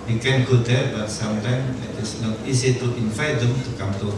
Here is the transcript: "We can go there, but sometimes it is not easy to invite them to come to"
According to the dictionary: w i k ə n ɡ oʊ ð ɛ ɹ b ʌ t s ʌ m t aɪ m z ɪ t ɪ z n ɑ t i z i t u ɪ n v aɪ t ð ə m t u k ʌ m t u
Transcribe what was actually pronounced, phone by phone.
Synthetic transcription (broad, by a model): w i k ə n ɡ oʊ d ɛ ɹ b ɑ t s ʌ m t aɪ m ɪ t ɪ s n ɑ t i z i t u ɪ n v aɪ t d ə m t u k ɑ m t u